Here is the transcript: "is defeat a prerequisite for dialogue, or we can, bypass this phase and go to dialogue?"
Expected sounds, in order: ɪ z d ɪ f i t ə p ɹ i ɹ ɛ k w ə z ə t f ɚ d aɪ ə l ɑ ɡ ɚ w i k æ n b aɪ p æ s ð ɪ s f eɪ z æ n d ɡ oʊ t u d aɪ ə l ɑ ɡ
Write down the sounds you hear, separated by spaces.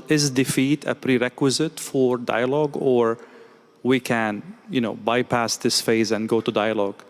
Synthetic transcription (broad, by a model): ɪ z d ɪ f i t ə p ɹ i ɹ ɛ k w ə z ə t f ɚ d aɪ ə l ɑ ɡ ɚ w i k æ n b aɪ p æ s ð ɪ s f eɪ z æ n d ɡ oʊ t u d aɪ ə l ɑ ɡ